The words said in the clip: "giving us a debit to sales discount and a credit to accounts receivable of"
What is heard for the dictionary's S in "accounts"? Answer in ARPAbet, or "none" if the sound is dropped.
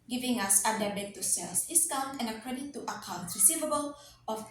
none